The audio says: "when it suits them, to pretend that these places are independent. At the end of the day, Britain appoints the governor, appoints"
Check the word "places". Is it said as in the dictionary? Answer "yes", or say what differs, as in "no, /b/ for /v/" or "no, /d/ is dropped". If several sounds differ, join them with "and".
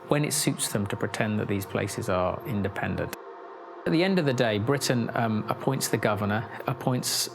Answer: yes